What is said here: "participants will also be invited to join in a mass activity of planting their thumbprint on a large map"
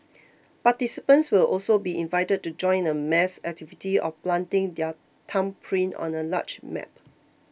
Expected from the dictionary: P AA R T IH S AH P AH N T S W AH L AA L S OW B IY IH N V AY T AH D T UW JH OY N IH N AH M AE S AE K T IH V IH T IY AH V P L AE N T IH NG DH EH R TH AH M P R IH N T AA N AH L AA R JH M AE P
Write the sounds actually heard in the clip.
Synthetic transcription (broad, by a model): P AA T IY S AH P AH N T S W AH L AA L S OW B IY IH N V AY T AH D T UW JH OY IH N AH M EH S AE K T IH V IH T IY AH F P L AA N T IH NG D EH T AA M P R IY N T AA N AH L AA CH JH M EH P